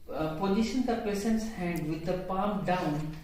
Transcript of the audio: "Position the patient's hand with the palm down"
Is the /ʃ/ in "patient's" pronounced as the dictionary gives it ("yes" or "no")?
no